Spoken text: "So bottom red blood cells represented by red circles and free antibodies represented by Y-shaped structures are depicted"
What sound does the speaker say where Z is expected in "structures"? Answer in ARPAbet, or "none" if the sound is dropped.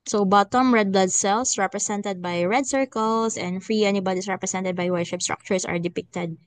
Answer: S